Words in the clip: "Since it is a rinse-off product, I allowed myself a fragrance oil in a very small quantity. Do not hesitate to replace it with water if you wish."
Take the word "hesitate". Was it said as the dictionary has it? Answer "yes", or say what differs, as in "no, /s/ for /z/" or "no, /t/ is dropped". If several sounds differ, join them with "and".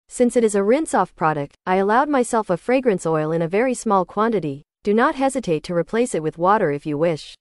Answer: yes